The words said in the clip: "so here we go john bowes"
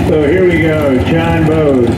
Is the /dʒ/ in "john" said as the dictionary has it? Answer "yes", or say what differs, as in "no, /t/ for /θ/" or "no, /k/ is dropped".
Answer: no, /tʃ/ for /dʒ/